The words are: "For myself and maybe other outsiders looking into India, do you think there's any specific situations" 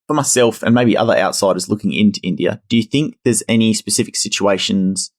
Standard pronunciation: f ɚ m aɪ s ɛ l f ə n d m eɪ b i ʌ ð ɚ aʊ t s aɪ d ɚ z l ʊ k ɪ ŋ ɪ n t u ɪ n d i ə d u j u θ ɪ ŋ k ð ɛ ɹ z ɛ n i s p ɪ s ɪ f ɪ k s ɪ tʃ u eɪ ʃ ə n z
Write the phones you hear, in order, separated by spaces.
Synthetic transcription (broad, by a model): f ɚ m aɪ s ɛ l f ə n m eɪ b i ʌ ð ɚ aʊ t s aɪ d ɚ z l ʊ k ɪ ŋ ɪ n t u ɪ n d i ə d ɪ j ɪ θ ɪ ŋ k ð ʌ ɹ z ɛ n i s p ɪ s ɪ f ɪ k s ɪ tʃ u eɪ ʃ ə n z